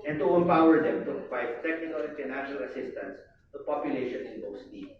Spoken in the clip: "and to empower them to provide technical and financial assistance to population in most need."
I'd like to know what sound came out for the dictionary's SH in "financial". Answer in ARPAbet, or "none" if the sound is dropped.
none